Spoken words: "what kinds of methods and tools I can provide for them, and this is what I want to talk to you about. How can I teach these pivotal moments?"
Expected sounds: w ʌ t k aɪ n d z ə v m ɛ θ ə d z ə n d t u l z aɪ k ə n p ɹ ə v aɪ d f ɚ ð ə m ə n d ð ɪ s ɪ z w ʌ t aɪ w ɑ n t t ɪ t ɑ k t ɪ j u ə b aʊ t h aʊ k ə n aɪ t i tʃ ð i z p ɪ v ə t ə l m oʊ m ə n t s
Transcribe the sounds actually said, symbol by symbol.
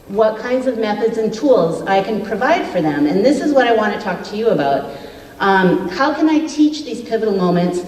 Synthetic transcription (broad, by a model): w ʌ t k aɪ n d z ə v m ɛ θ ə d z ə n t u l z aɪ k ə n p ɹ ə v aɪ d f ɚ ð ə m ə n ð ɪ s ɪ z w ʌ t aɪ w ɑ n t t ɪ t ɑ k t ɪ j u ə b aʊ t h aʊ k ə n aɪ t i tʃ ð i z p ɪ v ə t l m oʊ m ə n t s